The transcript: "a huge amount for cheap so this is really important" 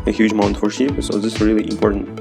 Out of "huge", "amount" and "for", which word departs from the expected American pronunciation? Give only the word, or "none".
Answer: none